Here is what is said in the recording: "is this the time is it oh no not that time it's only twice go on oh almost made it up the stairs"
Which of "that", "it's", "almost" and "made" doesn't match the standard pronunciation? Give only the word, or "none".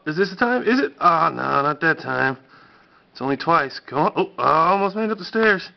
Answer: made